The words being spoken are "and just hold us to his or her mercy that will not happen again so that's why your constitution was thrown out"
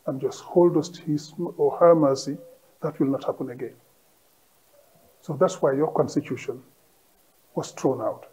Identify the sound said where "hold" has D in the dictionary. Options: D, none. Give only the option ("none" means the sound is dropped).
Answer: D